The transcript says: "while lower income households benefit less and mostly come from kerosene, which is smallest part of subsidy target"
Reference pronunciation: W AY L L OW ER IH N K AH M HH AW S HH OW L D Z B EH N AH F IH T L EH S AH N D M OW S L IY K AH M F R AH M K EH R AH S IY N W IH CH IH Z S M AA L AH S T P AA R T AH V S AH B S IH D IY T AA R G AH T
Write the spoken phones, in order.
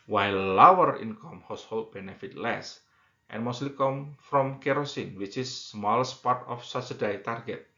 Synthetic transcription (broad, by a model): W AY L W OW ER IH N K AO M HH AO S HH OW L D B EH N AH F IH T L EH S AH N M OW S L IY K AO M F R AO M K EH R AH S IY N W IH CH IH S M AA L AH S T P AA R T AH F S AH S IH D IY T AA R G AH T